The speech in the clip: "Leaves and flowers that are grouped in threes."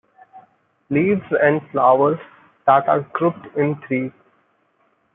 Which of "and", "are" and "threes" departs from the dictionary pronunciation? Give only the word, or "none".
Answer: threes